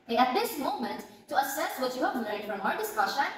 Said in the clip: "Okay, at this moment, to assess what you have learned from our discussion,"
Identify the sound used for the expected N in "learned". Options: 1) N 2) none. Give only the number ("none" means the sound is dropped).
2